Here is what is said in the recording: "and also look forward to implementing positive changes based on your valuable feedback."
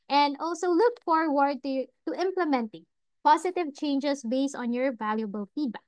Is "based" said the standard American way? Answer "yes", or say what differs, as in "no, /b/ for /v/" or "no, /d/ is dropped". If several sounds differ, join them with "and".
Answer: yes